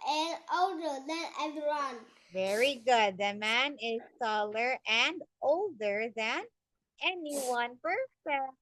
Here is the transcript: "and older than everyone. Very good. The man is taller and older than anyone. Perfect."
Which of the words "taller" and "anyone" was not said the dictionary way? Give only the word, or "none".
taller